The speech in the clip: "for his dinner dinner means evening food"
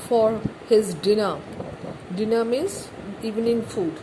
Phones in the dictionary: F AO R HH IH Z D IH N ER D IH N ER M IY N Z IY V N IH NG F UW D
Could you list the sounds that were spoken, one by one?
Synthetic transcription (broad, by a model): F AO R HH IH Z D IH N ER D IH N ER M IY Z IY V N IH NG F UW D